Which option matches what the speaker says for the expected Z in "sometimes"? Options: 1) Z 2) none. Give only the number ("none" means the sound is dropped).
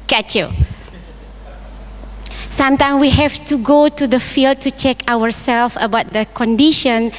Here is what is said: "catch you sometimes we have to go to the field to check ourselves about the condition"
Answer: 2